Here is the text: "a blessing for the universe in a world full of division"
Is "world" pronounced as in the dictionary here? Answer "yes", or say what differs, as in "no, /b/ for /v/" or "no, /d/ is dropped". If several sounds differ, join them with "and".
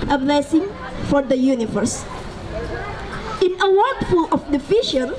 no, /l/ is dropped